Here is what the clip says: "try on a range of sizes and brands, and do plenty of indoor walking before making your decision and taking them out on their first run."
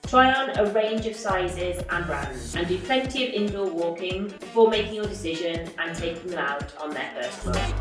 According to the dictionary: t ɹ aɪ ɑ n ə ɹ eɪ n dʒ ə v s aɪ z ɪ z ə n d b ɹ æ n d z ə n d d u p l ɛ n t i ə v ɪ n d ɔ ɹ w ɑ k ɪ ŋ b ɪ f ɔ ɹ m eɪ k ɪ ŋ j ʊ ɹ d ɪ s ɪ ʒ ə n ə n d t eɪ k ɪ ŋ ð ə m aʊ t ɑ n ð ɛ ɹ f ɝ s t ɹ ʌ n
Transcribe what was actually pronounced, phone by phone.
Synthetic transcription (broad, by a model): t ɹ aɪ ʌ n ə ɹ eɪ n dʒ ə v s aɪ z ɪ z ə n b ɹ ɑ n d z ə n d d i p l ɛ n t i ə v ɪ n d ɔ w ɑ k ɪ ŋ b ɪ f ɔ m eɪ k ɪ ŋ j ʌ d ɪ s ɪ ʒ ə n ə n t eɪ k ɪ ŋ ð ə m aʊ t n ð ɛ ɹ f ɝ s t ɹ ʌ